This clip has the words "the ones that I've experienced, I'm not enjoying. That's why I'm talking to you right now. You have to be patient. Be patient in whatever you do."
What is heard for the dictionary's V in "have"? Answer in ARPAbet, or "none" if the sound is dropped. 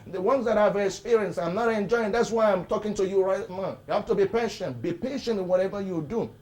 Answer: F